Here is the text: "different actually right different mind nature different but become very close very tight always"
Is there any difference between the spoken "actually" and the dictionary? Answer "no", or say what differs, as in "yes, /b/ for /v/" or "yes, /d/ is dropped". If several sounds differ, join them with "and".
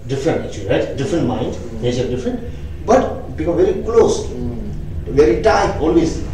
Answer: yes, /l/ is dropped